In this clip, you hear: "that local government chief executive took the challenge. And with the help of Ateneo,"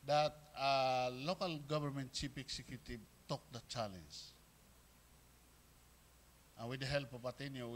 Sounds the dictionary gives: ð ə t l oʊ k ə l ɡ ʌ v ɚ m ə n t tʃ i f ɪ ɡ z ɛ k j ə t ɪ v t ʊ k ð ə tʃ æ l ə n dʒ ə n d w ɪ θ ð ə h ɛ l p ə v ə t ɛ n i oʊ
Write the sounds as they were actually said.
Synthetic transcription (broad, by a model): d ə t l oʊ k ə l ɡ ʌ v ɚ m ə n t tʃ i p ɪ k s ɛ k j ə t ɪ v t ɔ k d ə tʃ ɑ l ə n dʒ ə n w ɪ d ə h ɛ l p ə p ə t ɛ n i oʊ